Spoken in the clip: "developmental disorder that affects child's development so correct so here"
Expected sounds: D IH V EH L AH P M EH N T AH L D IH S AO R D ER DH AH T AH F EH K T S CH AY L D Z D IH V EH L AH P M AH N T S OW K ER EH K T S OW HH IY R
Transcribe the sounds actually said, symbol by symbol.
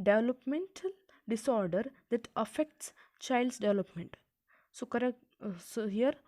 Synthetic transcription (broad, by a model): D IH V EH L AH P M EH N T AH L D IH S AO R D ER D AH T AH F EH K T S CH AY L D S D IH V EH L AH P M AH N T S OW K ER T S OW HH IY R